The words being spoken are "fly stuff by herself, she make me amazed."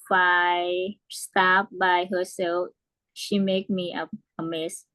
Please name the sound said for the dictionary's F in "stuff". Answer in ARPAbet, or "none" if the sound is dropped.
P